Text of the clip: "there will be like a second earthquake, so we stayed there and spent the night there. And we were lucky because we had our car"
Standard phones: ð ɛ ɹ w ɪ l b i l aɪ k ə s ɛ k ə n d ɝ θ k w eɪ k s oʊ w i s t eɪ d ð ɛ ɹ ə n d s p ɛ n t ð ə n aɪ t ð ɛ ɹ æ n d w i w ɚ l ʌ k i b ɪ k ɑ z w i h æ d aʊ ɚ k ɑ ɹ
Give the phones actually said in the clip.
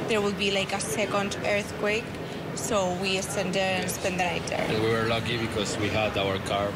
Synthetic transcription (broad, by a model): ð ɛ ɹ w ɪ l b i l aɪ k ə s ɛ k ə n d ɝ θ k w eɪ k s oʊ w i s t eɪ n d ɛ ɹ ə n s p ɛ n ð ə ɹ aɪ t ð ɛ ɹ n w i w ɚ l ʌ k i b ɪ k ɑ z w i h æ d aʊ ɚ k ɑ ɹ